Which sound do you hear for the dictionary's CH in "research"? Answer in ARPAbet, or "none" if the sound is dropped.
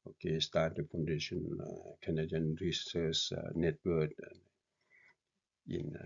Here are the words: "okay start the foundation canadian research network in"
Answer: S